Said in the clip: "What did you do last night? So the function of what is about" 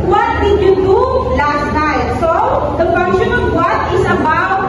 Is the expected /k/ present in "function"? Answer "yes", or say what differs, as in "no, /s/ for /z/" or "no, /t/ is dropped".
no, /k/ is dropped